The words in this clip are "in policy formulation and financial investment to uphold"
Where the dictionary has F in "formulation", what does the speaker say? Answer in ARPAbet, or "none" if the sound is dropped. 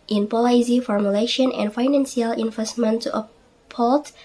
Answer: F